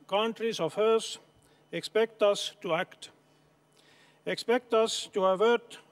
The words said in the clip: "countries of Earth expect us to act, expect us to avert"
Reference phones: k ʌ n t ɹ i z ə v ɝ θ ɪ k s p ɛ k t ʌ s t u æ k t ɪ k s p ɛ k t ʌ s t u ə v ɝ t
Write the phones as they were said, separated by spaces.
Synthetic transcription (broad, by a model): k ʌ n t ɹ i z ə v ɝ s ɪ k s p ɛ k t ʌ s t u æ k t ɪ k s p ɛ k t ʌ s t u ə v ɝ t